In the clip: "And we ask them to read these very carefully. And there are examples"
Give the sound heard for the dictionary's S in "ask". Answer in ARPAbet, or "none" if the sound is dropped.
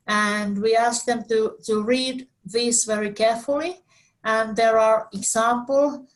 S